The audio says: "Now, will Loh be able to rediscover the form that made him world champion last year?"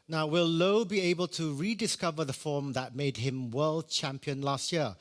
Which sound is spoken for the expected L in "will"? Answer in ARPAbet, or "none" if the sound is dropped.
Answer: L